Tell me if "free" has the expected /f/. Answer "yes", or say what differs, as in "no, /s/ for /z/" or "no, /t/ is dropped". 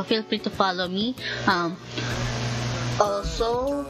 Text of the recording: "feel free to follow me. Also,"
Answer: no, /p/ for /f/